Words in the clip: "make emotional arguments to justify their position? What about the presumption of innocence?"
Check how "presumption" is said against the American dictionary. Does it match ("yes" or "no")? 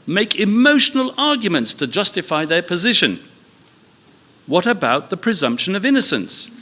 yes